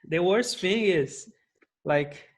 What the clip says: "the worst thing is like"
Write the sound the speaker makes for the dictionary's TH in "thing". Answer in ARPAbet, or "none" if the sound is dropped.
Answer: F